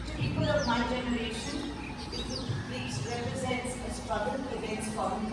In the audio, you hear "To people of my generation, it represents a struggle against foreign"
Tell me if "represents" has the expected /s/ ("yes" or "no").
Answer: yes